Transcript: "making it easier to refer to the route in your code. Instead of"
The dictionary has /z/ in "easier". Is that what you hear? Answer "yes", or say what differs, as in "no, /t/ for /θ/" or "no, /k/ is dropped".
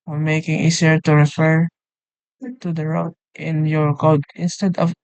no, /s/ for /z/